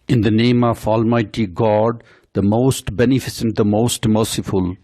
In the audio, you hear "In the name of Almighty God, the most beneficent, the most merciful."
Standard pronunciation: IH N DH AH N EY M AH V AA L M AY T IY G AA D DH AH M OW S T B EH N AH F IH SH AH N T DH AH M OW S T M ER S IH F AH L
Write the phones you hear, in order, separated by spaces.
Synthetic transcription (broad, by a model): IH N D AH N EY M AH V AA L M AY T IY G AA D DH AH M OW S T B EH N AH F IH S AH N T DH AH M OW S T M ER S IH F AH L